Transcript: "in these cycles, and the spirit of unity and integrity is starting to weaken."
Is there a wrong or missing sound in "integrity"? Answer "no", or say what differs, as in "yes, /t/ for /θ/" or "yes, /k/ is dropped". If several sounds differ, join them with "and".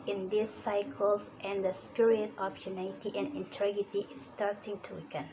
yes, /ɹ/ is dropped